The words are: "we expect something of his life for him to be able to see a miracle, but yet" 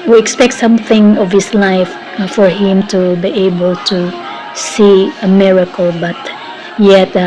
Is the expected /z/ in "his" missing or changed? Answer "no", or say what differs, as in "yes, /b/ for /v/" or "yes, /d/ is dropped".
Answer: yes, /s/ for /z/